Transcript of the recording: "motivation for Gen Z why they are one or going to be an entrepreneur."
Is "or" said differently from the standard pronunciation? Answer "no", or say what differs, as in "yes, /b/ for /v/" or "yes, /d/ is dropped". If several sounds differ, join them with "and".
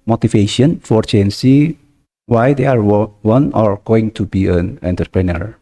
no